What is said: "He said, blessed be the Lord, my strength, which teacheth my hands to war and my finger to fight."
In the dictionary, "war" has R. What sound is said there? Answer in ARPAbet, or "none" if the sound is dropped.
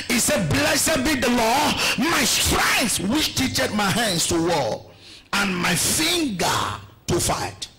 L